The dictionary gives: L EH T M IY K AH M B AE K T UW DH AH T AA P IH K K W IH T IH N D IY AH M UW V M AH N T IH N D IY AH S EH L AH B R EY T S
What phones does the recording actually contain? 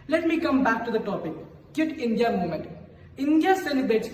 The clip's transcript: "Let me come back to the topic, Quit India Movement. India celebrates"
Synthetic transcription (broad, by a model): L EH T M IY K AH M B AE K T UW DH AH T AA P IH K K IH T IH N D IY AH M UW M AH N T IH N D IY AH S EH L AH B R EY T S